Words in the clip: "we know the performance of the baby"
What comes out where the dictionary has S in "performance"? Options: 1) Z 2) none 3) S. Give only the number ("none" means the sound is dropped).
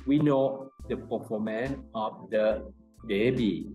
2